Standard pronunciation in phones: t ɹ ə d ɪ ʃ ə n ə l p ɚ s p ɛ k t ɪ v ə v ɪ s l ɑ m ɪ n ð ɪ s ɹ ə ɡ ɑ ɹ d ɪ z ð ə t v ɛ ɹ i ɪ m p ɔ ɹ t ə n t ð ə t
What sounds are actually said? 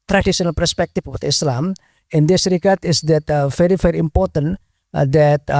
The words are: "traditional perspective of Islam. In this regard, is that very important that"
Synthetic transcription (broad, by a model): t ɹ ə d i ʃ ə n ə l p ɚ s p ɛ k t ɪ w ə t ɪ s l ɑ m ɪ n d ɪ s ɹ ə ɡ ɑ ɹ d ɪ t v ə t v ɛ ɹ i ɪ m p ɔ ɹ t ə n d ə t